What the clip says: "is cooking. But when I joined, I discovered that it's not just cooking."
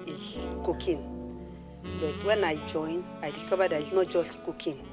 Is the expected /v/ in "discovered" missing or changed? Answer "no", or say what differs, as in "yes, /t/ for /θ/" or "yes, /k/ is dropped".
yes, /b/ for /v/